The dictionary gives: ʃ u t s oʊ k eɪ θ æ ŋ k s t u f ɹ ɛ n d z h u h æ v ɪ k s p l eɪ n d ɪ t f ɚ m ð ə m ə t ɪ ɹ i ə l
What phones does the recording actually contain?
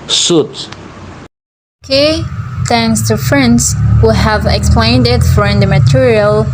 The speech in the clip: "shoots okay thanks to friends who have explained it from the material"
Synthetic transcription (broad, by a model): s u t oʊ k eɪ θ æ ŋ k s t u f ɹ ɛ n d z h u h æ v ɪ k s p l eɪ n d ɪ t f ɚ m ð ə m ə t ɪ ɹ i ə l